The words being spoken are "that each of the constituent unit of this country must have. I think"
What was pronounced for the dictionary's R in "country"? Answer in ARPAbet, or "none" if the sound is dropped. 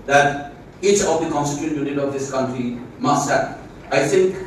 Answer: R